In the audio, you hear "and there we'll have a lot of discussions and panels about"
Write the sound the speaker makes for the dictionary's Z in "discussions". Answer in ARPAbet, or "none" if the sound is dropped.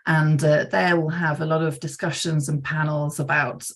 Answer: Z